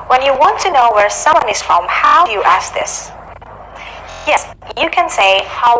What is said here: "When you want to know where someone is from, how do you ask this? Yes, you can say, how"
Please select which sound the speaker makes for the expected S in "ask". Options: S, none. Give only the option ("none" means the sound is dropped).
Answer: S